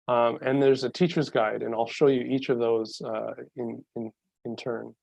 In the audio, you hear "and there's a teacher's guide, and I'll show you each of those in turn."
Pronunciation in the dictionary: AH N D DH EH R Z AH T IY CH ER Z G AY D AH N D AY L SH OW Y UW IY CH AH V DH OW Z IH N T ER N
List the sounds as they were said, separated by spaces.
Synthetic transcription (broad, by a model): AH N DH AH R Z AH T IY CH ER Z G AY D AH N AY L SH OW Y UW IY CH AH V DH OW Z IH N T ER N